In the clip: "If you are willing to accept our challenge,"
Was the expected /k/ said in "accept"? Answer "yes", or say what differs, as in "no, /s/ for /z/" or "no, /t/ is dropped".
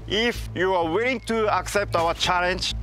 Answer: yes